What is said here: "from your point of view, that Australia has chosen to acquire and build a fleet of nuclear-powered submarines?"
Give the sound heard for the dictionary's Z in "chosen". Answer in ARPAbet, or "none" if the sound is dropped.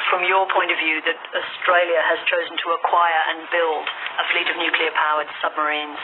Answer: Z